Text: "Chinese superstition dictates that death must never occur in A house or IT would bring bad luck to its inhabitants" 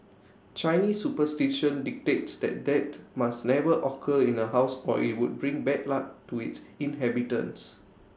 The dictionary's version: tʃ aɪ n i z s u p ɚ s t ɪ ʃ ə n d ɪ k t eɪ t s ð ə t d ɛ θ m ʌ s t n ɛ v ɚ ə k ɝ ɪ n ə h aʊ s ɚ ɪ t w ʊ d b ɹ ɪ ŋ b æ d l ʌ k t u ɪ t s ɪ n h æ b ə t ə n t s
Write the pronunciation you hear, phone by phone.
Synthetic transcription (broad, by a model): tʃ aɪ n i s u p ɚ s t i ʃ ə n d ɪ k t eɪ t s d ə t d ɛ t m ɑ s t n ɛ v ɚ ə k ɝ ɪ n ə h aʊ s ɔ ɪ t w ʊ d b ɹ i ŋ b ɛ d l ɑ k t u ɪ t s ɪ n h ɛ b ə t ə n s